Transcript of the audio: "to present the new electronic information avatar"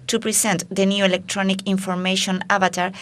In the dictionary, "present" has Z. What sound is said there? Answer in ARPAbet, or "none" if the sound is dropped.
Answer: S